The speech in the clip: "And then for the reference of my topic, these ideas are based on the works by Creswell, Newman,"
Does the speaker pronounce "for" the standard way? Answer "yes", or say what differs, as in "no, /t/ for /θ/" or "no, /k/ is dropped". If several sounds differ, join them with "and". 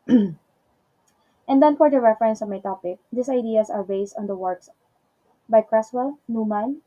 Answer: yes